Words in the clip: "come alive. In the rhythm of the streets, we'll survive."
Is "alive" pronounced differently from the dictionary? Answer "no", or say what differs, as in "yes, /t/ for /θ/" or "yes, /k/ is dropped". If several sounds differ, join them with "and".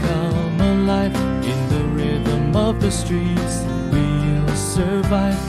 yes, /f/ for /v/